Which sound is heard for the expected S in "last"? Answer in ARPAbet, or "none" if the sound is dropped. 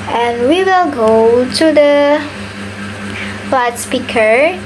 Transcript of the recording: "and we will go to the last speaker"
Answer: none